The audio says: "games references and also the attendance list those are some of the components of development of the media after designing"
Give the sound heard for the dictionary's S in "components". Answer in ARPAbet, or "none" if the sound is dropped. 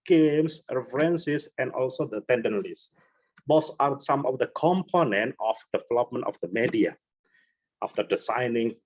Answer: none